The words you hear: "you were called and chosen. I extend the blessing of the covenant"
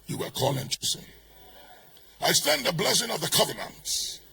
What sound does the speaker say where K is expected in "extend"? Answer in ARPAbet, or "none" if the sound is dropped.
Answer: none